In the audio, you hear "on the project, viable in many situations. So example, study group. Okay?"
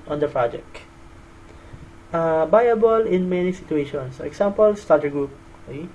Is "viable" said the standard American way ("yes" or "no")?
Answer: no